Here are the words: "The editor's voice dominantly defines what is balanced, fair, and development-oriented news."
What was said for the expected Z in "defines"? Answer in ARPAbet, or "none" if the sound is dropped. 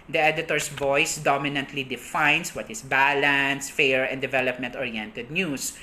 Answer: S